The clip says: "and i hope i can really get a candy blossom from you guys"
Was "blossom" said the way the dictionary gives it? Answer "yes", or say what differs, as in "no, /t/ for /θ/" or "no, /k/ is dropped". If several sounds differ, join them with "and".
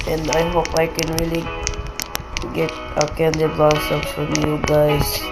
no, /l/ is dropped